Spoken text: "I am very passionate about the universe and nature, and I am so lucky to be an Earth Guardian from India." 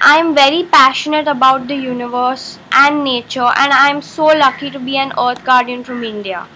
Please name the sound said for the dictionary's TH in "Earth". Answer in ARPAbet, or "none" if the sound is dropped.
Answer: T